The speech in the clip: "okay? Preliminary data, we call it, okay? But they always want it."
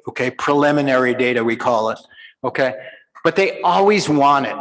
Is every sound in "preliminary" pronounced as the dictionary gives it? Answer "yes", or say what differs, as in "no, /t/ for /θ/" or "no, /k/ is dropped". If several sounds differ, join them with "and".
yes